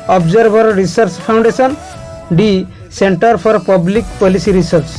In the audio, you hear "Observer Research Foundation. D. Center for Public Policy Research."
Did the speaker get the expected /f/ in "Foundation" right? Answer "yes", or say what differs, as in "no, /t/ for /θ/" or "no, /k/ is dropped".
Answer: no, /p/ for /f/